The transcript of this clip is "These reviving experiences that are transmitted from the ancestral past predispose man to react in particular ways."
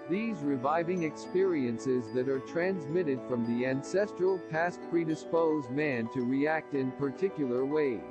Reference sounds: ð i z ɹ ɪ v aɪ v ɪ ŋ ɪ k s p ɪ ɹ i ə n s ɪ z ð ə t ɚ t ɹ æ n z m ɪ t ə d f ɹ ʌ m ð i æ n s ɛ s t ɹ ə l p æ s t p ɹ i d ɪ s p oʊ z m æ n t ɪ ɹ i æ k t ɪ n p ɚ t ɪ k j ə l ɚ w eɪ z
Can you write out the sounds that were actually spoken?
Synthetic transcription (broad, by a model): ð i z ɹ ɪ v aɪ v ɪ ŋ ɪ k s p ɪ ɹ i ə n s ɪ z ð ə t ɚ t ɹ æ n z m ɪ t ə d f ɹ ʌ m ð i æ n s ɛ s t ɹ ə l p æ s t p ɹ i d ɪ s p oʊ z m æ n t ɪ ɹ i æ k t ɪ n p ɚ t ɪ k j l ɚ w eɪ